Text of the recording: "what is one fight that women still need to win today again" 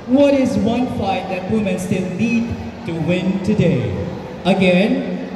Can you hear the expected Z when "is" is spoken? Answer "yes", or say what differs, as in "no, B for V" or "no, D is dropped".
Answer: yes